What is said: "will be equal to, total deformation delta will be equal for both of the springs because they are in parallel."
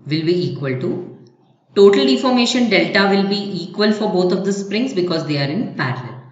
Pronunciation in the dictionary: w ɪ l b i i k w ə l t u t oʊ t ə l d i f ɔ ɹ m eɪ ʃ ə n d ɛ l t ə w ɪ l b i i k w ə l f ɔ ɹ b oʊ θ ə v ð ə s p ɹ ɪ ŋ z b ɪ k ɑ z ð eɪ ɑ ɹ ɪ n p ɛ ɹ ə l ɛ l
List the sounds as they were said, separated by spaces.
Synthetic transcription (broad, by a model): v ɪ l b i i k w ə l t u t oʊ t ə l d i f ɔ ɹ m eɪ ʃ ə n d ɛ l t ə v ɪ l b i i k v ə l f ɔ ɹ b oʊ t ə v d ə s p ɹ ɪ ŋ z b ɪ k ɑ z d eɪ ɑ ɹ ɪ n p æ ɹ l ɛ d